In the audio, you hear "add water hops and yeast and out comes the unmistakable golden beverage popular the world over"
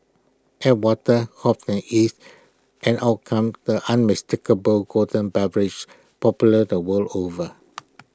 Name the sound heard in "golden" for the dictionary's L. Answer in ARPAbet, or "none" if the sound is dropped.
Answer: none